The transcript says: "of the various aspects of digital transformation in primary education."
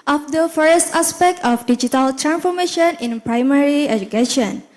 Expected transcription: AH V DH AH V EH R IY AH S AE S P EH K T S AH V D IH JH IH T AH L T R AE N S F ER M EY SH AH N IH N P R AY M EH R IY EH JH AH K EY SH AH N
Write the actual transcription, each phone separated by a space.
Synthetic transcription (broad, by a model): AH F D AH F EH R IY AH S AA S P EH K T AH F D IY JH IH T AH L T R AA N S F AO M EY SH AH N IH N P R AY M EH R IY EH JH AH K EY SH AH N